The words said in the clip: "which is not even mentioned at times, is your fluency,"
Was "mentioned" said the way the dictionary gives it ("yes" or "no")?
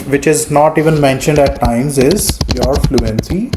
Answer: yes